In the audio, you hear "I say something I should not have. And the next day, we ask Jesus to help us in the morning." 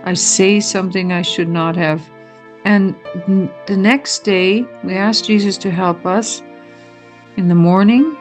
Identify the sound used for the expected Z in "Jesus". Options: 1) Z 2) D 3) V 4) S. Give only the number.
1